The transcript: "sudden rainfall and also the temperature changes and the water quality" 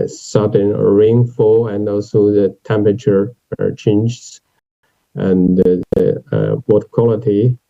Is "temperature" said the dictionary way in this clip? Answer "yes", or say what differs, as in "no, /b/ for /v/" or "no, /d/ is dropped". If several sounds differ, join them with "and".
yes